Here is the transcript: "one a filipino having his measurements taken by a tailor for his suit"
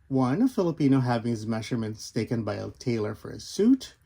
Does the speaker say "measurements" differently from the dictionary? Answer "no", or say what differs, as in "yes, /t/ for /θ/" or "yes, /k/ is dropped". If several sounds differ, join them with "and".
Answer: no